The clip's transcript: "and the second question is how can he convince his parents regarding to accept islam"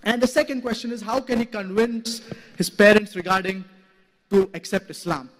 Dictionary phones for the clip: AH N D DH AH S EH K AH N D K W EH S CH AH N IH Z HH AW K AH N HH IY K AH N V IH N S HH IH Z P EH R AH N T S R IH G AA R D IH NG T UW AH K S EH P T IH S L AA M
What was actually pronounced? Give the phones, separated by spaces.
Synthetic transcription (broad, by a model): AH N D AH S EH K AH N D K W EH S CH AH N IH Z HH AW K AH N HH IY K AH N V IH N S HH IH Z P EH R AH N T S R IH G AA R D IH NG T UW AH K S EH P T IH S L AA M